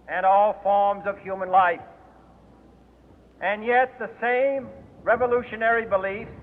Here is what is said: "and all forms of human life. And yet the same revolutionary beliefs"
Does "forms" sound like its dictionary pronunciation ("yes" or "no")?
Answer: yes